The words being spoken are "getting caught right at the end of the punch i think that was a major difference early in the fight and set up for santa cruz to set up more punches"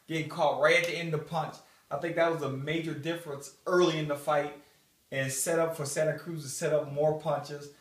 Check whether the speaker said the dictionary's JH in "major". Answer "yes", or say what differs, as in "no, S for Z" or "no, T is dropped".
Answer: yes